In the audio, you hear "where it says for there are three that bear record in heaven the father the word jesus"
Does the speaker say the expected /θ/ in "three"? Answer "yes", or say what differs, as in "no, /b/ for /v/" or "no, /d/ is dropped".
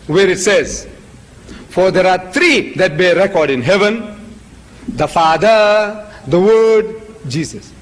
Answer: no, /t/ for /θ/